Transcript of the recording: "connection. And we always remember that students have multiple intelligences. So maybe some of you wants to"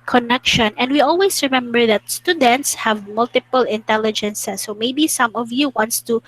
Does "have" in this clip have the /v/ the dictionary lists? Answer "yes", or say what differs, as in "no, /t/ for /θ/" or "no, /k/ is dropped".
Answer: yes